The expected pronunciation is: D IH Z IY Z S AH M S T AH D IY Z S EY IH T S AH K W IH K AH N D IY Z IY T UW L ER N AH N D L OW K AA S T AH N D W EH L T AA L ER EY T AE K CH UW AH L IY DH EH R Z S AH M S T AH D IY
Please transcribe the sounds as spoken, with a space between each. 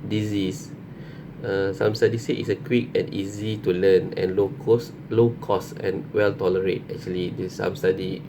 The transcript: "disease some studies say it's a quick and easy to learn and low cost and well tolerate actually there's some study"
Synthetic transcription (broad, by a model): D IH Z IY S S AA M S T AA D IY S EY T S AH K W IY K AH N IY Z IY T UW L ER N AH N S L OW K AA S AH N W EH L T AA L ER EY T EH K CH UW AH L IY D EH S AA M S T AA D IY